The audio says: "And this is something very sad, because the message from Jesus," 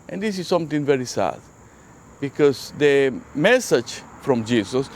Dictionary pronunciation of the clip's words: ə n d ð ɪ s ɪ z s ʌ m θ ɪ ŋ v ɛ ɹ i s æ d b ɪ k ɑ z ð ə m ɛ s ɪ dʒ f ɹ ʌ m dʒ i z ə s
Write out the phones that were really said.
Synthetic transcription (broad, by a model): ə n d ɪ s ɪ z s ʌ m t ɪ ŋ v ɛ ɹ i s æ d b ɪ k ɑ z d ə m ɛ s ɪ dʒ f ɹ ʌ m dʒ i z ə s